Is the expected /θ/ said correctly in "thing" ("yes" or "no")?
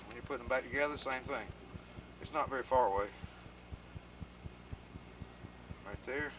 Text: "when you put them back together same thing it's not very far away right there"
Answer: yes